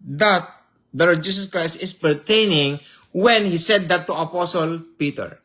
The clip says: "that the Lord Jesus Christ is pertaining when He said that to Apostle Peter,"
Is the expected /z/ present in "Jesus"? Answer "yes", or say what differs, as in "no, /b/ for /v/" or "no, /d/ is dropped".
no, /s/ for /z/